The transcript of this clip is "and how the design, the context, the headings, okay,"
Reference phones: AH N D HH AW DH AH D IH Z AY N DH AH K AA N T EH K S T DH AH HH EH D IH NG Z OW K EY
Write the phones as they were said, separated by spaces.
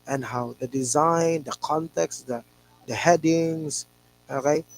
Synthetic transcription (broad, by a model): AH N HH AW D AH D IH Z AY N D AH K AA N T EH K S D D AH HH EH D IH NG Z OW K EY